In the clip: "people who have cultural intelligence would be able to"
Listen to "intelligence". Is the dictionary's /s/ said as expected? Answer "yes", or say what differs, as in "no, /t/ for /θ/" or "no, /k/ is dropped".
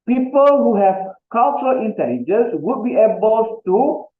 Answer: yes